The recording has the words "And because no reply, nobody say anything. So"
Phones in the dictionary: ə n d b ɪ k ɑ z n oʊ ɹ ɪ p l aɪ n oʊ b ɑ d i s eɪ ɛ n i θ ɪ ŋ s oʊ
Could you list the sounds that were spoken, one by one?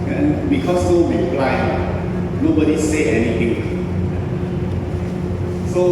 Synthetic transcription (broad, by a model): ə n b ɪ k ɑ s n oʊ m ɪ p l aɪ n oʊ b ɑ d i s eɪ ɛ n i t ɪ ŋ s oʊ